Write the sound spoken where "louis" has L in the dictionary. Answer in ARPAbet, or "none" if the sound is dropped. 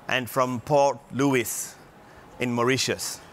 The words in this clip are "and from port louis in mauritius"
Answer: L